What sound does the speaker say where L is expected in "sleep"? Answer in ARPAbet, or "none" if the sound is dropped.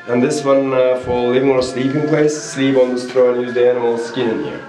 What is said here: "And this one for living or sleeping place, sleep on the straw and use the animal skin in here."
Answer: L